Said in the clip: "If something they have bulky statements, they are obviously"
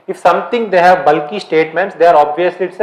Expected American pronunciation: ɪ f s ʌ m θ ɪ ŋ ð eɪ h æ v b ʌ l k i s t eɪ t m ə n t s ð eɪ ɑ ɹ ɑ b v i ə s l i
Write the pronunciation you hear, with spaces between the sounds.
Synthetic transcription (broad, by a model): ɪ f s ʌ m t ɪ ŋ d eɪ h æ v b ʌ l k i s t eɪ t m ə n t s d eɪ ɑ ɹ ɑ b v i ə s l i